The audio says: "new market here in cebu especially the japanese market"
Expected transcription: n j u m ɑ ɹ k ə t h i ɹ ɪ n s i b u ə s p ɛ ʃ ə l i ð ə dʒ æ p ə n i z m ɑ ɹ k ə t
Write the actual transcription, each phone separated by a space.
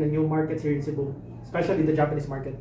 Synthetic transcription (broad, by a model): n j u m ɑ ɹ k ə t h i ɹ ɪ n s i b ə s p ɛ ʃ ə l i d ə dʒ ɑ p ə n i s m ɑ ɹ k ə t